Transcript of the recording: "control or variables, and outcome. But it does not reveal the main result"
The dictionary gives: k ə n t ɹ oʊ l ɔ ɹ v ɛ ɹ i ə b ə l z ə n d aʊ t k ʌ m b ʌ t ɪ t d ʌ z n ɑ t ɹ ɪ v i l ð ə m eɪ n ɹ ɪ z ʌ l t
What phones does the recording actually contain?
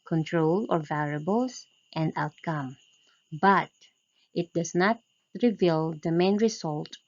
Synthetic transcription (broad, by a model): k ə n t ɹ oʊ l ɔ ɹ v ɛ l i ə b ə l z ə n d aʊ t k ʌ m b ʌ t ɪ t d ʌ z n ɑ t ɹ ɪ v i l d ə m eɪ n ɹ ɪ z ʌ l t